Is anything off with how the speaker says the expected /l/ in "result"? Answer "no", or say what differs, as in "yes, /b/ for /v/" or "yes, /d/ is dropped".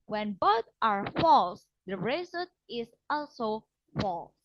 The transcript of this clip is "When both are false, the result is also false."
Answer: yes, /l/ is dropped